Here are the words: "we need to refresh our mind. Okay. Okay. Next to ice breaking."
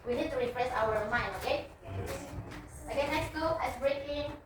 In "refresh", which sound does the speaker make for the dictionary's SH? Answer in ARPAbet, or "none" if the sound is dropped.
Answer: S